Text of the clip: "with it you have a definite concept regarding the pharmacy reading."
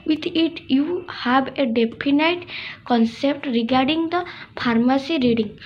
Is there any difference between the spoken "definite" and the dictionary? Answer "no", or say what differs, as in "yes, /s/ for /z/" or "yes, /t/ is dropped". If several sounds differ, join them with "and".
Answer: yes, /p/ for /f/